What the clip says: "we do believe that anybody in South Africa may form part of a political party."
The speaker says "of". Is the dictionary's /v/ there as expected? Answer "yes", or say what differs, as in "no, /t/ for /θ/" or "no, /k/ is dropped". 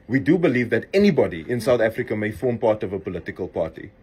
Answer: yes